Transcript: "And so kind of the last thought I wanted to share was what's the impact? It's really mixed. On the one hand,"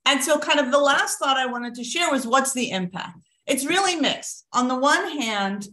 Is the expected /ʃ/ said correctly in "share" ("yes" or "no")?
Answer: yes